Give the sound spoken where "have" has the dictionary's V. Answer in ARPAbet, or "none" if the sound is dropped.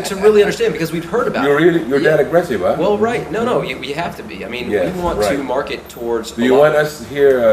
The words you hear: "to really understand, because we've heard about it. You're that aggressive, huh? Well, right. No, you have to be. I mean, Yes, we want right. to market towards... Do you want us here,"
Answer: F